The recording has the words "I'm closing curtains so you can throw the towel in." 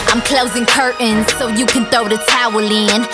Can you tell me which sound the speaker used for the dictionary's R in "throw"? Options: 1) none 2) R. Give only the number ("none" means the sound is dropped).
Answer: 1